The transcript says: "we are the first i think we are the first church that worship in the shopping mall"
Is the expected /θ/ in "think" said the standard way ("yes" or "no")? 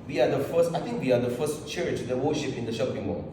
no